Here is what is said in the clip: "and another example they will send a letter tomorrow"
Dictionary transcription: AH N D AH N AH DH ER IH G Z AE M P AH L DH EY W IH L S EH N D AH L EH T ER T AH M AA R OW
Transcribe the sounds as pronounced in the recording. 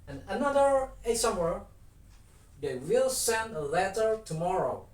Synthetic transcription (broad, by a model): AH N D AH N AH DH ER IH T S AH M AH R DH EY W IH L S EH N D AH L EH T ER T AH M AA R OW